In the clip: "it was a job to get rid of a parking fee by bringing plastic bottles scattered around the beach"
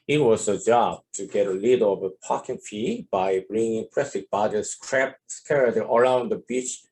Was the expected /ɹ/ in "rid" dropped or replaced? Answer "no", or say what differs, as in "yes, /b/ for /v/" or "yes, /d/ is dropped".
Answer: yes, /l/ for /ɹ/